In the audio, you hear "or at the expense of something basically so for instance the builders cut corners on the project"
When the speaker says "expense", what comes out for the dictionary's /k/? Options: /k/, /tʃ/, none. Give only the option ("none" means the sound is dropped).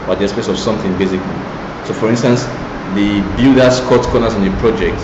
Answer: none